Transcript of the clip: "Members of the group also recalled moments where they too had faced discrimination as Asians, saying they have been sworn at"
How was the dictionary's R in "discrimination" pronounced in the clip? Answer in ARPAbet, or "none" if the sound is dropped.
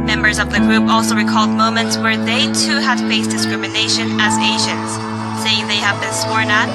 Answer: R